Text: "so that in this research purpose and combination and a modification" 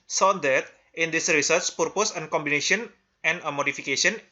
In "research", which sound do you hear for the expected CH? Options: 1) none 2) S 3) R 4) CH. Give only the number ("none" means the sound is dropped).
2